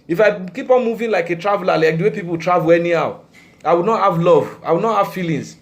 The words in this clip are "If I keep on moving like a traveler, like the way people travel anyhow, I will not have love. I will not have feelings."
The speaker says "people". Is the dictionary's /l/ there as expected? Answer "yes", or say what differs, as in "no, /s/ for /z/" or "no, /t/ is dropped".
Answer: no, /w/ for /l/